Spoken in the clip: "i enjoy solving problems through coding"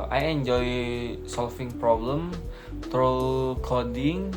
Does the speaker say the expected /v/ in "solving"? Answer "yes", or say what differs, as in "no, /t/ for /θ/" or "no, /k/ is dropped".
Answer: no, /f/ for /v/